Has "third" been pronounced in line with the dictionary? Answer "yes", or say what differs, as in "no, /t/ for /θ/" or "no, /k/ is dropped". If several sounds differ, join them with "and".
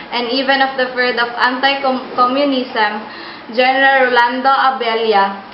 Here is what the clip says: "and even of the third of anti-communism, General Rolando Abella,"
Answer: no, /f/ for /θ/